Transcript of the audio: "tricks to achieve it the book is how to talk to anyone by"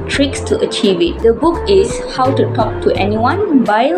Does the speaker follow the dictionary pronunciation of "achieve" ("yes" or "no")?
yes